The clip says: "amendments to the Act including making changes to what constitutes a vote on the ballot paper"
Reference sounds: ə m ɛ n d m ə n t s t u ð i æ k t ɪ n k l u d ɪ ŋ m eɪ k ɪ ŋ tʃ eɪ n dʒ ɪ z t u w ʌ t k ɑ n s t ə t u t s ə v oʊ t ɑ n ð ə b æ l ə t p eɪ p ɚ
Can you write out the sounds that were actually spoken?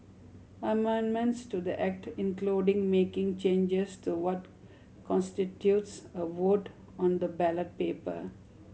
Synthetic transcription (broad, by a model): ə m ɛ n d m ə n t s t u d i æ k t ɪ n k l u d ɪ ŋ m eɪ k ɪ ŋ tʃ eɪ n dʒ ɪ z t u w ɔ t k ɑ n s t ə t u t s ə v oʊ t ɑ n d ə b æ l ə t p eɪ p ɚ